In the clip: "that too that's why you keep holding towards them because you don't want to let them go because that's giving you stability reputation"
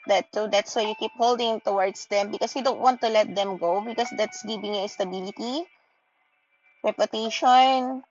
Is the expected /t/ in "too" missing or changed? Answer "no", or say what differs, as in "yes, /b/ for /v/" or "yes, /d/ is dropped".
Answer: yes, /s/ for /t/